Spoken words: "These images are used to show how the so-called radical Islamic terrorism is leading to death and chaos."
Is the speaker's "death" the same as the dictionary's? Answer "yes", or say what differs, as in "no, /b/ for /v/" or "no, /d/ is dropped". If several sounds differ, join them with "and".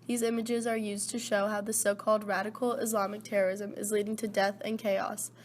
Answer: yes